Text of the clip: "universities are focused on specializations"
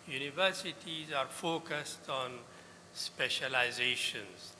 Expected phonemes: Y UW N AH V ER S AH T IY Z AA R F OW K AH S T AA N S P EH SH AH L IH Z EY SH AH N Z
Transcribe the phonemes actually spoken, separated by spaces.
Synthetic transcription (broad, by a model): Y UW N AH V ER S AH T IY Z AA R F OW K AH S T AA N S P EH SH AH L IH Z EY SH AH N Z